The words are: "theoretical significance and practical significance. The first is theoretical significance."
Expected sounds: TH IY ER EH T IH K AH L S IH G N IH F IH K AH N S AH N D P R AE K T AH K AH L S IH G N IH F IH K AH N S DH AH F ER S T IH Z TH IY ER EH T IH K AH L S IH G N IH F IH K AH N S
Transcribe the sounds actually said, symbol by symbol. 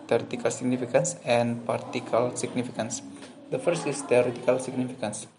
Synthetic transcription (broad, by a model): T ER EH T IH K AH L S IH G N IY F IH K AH N S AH N P AA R T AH K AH L S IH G N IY F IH K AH N S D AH F ER S T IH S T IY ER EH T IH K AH L S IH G N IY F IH K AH N S